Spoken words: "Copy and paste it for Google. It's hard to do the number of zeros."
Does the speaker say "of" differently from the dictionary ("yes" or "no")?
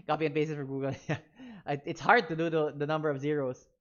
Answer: no